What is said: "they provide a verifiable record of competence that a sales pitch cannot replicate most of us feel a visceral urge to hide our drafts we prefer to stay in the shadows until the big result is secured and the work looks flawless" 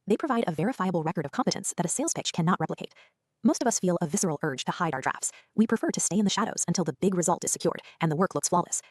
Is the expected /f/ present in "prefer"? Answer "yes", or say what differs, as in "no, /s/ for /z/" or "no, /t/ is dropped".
yes